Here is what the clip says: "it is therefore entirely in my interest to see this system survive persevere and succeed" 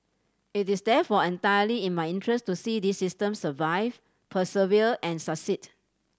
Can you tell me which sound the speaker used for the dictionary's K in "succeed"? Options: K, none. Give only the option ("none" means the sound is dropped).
none